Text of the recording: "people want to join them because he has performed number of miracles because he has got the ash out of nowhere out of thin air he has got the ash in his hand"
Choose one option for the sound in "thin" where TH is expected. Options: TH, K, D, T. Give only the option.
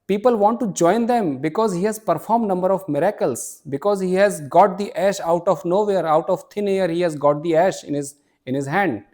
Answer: T